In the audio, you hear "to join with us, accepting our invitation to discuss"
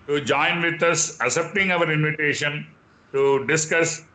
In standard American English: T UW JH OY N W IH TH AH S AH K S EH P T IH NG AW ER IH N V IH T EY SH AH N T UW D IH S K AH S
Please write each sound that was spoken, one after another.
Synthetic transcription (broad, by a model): T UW JH OY N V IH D AH S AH S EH P T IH NG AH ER IH N V IH T EY SH AH N T UW D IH S K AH S